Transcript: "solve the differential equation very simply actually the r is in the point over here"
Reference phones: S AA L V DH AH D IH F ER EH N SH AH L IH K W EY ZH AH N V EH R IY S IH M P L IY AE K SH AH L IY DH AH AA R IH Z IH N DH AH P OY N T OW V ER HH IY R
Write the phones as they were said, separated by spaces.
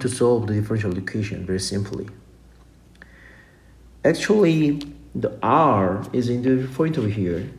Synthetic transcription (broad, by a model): S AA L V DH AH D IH F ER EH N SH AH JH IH K EY SH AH N V EH R IY S IH M P L IY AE K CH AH L IY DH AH AA R IH Z IH N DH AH F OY T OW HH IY R